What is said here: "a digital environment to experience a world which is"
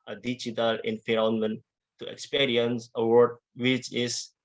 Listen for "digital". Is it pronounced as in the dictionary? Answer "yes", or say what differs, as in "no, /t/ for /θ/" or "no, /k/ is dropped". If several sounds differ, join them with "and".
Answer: no, /tʃ/ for /dʒ/